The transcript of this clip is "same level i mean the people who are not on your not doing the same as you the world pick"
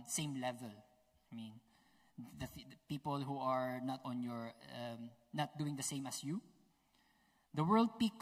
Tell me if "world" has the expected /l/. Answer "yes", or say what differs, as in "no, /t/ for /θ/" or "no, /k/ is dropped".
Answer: yes